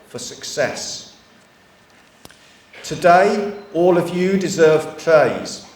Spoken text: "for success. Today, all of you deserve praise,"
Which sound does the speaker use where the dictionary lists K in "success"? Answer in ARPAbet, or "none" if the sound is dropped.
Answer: K